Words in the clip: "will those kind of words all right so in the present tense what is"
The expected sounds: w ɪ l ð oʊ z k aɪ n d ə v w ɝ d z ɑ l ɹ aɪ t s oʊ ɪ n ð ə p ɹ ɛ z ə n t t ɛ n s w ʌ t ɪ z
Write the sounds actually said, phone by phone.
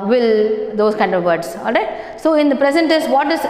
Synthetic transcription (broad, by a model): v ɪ l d oʊ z k aɪ n d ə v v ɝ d s ɑ l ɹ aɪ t s oʊ ɪ n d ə p ɹ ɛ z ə n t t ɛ s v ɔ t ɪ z